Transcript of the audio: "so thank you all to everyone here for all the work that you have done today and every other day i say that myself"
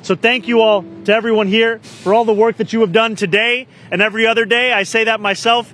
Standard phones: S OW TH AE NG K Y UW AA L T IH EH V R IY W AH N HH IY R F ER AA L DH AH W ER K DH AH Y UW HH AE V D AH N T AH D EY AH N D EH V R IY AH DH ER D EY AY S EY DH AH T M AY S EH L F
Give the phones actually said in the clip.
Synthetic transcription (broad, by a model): S OW TH AE NG K Y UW AA L T IH EH V R IY W AH N HH IY R F ER AA L DH AH W ER K DH AH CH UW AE V D AH N T AH D EY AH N EH V R IY AH DH ER D EY AY S EY DH AH T M AY S EH L F